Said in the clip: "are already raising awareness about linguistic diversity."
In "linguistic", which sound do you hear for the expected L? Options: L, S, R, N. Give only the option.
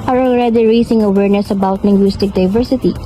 N